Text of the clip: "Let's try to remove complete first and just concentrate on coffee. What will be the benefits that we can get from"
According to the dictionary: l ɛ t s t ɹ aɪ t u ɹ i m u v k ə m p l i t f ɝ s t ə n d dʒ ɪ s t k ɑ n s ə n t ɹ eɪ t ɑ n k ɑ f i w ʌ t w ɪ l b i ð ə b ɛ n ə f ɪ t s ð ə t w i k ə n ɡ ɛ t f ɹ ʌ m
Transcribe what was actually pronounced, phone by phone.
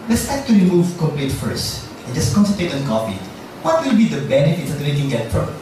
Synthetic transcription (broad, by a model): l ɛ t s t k t u ɹ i m u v k ə m p l i t f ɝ s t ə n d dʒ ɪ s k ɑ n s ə t eɪ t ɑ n k ɑ f i w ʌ t w ɪ l b i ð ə b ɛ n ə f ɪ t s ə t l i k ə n ɡ ɛ t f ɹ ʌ